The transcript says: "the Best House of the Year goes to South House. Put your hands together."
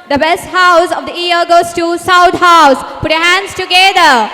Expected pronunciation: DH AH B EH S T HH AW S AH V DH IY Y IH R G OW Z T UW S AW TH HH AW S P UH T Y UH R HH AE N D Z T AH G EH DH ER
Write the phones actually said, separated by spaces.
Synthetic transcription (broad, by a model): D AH B EH S T HH AW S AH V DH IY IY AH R G OW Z T UW S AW T HH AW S P UH T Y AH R HH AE N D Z T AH G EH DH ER